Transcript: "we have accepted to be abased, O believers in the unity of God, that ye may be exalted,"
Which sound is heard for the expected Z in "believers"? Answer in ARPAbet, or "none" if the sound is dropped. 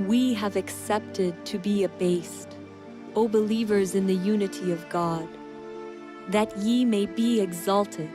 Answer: Z